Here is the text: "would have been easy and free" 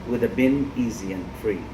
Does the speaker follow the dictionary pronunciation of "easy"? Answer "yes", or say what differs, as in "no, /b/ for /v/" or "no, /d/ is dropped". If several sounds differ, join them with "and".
yes